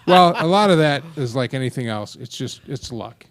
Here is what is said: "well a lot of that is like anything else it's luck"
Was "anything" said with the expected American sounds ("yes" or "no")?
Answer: yes